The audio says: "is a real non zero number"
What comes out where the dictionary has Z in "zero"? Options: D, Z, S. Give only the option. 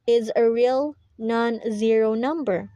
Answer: Z